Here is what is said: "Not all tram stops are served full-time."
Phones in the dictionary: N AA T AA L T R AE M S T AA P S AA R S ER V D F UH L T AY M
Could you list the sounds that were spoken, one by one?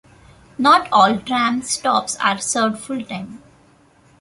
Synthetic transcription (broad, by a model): N AA T AA L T R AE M S T AA P S AA R S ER D F UH L T AY M